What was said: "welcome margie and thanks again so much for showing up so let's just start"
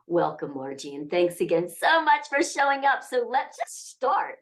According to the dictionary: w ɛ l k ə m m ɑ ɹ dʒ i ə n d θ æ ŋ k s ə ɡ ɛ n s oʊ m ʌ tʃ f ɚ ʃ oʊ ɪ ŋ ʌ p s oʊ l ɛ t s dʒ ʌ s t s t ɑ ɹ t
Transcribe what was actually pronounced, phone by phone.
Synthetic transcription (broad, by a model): w ɛ l k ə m m ɑ ɹ dʒ i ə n θ æ ŋ k s ə ɡ ɛ n s oʊ m ʌ tʃ f ɚ ʃ oʊ ɪ ŋ ʌ p s oʊ l ɛ t s dʒ ʌ s t s t ɑ ɹ t